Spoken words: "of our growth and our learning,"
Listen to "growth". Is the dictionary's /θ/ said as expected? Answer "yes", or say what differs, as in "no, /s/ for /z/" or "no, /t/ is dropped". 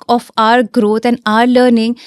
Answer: no, /t/ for /θ/